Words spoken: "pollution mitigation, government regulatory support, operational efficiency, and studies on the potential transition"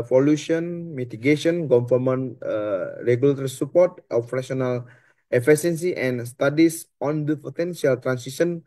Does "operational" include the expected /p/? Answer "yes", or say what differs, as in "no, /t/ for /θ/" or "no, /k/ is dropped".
no, /f/ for /p/